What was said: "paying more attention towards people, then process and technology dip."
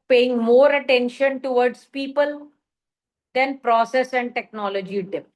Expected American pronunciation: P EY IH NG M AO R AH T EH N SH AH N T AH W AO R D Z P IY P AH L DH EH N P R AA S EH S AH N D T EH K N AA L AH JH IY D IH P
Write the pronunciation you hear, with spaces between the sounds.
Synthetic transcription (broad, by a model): P EY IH NG M AO R AH T EH N SH AH N T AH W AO R D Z P IY P AH L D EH N P R AA S EH S AH N D T EH K N AA L AH JH IY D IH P